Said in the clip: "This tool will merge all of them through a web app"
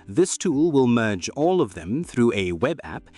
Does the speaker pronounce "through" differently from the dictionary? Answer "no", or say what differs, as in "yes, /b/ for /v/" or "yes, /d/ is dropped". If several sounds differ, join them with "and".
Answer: no